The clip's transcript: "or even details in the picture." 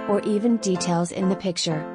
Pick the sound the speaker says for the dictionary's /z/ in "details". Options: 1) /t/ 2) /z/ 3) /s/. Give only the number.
2